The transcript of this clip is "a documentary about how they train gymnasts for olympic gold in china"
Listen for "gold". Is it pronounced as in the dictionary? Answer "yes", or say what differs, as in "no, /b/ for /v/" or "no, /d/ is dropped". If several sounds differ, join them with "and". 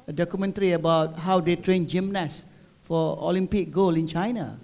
no, /d/ is dropped